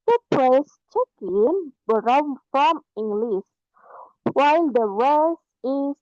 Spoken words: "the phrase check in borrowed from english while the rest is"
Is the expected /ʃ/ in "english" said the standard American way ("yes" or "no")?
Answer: no